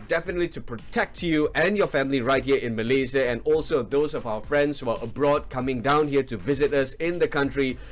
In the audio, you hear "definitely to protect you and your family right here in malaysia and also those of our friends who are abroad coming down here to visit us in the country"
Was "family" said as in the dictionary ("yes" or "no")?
yes